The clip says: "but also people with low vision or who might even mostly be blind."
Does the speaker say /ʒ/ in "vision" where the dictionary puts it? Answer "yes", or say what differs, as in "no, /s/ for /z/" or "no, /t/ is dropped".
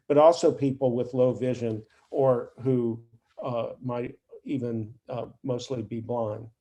yes